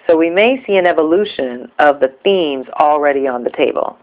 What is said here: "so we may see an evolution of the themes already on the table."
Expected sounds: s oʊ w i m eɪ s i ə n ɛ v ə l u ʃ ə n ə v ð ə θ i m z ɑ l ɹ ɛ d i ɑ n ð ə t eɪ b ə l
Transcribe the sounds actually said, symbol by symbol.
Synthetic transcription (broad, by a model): s oʊ w i m eɪ s i ə n ɛ v ə l u ʃ ə n ə v ð ə θ i m z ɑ l ɹ ɛ d i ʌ n ð ə t eɪ b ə l